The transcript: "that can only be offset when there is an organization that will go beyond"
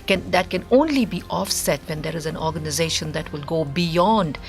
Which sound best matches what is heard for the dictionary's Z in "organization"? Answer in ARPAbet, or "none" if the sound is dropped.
Z